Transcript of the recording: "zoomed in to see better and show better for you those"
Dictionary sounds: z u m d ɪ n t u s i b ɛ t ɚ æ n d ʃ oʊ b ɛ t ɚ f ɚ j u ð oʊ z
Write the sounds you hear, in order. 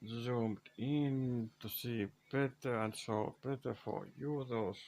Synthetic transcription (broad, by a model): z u m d ɪ n t u s i b ɛ t ɚ æ n d s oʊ b ɛ t ɚ f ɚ j u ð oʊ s